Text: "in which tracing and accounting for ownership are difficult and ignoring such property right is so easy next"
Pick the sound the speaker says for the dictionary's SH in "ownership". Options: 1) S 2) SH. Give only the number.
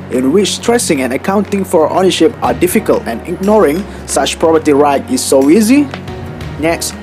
2